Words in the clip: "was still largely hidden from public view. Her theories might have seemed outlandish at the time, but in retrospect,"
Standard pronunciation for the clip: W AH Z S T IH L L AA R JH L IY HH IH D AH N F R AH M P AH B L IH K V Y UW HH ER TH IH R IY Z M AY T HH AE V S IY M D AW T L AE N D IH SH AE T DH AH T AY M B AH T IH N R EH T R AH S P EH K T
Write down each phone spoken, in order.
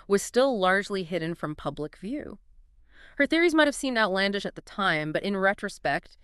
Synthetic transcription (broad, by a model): W AH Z S T IH L L AA R JH L IY HH IH D N F R AH M P AH B L IH K V Y UW HH ER TH IH R IY Z M AY T HH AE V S IY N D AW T L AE N D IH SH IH T DH AH T AY M B AH T IH N R EH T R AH S P EH K T